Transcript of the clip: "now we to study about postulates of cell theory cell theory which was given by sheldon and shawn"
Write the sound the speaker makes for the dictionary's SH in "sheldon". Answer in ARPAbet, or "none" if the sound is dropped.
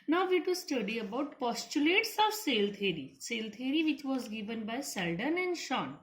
S